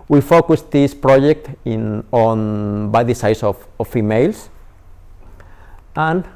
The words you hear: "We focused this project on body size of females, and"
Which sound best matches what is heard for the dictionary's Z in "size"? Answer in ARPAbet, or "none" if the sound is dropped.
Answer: S